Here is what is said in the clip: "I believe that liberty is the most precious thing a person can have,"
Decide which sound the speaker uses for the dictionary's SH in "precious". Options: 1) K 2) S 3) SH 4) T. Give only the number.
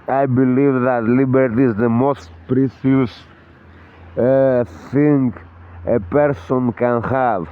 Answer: 2